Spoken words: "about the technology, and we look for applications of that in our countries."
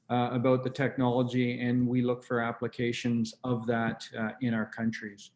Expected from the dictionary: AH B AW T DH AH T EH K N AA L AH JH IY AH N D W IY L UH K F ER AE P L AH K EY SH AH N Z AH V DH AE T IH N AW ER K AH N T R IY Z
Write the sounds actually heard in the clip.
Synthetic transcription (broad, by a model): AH B AW T DH AH T EH K N AA L AH JH IY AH N W IY L UH K F ER AE P L AH K EY SH AH N Z AH V DH AE T IH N AW ER K AH N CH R IY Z